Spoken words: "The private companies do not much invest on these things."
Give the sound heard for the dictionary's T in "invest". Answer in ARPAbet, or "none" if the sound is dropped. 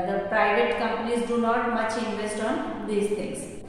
T